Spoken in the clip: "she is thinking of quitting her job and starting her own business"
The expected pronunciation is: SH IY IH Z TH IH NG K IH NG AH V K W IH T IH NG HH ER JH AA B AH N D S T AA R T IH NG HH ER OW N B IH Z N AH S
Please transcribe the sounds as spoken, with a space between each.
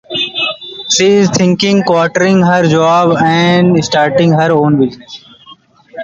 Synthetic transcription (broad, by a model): SH IY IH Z T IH NG K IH NG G K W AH T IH NG HH ER JH AA B AH N D S T AA R T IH NG HH ER OW N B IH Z N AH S